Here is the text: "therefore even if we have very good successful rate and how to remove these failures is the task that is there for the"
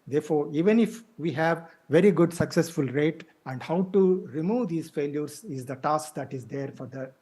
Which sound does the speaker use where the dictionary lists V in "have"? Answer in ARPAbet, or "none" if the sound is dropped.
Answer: V